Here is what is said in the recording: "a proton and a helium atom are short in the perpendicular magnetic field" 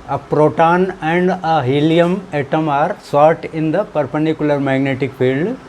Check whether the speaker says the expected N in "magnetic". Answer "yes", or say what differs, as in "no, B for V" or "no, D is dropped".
yes